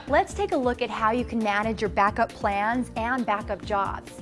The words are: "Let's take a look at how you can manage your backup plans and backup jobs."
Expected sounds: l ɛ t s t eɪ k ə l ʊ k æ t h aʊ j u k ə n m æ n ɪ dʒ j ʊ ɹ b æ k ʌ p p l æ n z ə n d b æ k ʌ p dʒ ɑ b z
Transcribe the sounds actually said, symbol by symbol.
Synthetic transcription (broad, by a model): l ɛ t s t eɪ k ə l ʊ k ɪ t h aʊ j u k n m æ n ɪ dʒ j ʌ ɹ b æ k ʌ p p l æ n z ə n b æ k ʌ p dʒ ɑ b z